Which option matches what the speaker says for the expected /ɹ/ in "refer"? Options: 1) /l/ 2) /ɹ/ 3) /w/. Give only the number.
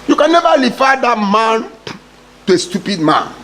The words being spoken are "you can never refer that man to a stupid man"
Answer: 1